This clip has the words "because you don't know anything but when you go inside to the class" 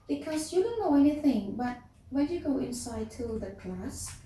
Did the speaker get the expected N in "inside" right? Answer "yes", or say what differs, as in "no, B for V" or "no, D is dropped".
yes